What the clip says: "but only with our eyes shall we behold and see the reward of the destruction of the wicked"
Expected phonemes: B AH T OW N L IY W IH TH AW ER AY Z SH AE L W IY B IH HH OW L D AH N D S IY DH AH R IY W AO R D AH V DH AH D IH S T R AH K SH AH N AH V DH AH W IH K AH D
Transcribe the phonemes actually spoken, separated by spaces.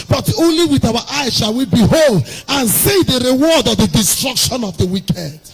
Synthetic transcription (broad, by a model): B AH T OW N L IY W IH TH AW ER AY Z SH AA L W IY B IH HH OW L D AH N S IY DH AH R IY W AO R D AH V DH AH D IH S T R AH K SH AH N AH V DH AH W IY K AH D